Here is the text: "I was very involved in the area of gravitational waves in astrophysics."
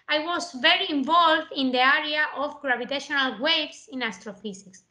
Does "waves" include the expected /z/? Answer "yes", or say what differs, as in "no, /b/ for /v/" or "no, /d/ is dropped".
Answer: no, /s/ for /z/